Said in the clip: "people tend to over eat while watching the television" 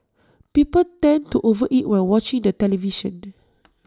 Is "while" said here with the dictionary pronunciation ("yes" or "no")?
no